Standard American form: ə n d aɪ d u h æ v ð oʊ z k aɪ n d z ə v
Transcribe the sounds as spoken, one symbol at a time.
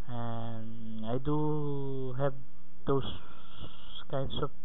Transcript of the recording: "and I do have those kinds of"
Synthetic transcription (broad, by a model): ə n aɪ d u h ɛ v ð oʊ s k aɪ n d s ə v